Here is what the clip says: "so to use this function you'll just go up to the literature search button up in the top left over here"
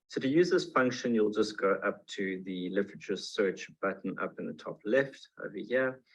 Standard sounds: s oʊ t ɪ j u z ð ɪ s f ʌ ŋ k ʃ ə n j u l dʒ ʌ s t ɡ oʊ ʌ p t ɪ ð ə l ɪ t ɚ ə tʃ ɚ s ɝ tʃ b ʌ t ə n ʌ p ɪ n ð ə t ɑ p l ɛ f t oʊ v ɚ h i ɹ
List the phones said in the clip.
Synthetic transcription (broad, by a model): s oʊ t ɪ j u z ð ɪ s f ʌ ŋ k ʃ ə n j u l dʒ ʌ s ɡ oʊ ʌ p t ɪ ð ə l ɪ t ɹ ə tʃ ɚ s ɝ tʃ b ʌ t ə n ʌ p ɪ n ð ə t ɑ p l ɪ f t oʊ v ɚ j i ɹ